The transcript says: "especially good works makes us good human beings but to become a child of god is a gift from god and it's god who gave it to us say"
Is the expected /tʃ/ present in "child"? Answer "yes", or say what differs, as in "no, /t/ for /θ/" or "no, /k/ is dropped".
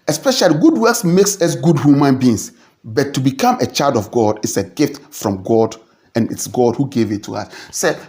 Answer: yes